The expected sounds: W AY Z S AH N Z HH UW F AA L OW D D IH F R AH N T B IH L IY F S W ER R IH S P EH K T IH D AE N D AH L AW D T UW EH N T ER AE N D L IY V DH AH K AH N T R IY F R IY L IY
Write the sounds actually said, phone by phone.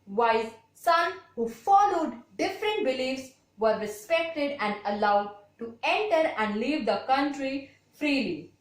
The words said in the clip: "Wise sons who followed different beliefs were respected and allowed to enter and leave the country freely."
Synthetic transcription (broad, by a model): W AY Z S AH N HH UW F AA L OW D D IH F R AH N T B IH L IY F S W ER R IH S P EH K T IH D AE N D AH L AW D T UW EH N T ER AE N D L IY V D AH K AH N T R IY F R IY L IY